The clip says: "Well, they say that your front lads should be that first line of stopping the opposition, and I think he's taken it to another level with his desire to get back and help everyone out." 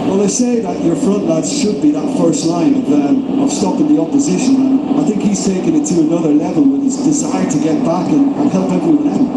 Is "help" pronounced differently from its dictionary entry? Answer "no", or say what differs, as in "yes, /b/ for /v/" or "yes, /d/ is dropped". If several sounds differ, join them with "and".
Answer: no